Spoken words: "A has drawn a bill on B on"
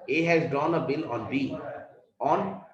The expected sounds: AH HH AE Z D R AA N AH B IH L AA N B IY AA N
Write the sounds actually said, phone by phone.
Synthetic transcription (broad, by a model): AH HH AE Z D AA N AH B IH L AA N B IY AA N